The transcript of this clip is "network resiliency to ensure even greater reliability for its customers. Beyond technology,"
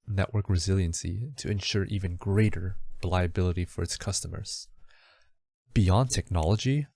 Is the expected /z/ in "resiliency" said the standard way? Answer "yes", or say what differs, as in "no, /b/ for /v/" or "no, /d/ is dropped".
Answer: yes